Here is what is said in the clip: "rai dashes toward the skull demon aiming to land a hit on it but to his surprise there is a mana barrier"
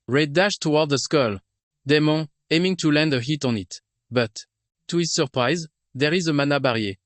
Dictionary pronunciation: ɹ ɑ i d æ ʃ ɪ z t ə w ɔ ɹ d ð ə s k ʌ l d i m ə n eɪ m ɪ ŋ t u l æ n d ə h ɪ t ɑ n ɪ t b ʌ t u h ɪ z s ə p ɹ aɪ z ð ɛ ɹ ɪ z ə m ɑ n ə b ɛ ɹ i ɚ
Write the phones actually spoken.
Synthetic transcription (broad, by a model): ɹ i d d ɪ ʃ t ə w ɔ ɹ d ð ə s k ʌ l d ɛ m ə eɪ m ɪ ŋ t u l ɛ n d ə h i t ɑ n ɪ t b ʌ t u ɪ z s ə p ɹ aɪ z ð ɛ ɹ ɪ z ə m ɑ n ə b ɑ ɹ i